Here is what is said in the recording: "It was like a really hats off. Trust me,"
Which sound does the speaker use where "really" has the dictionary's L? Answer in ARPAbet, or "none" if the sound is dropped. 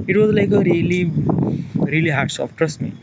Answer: L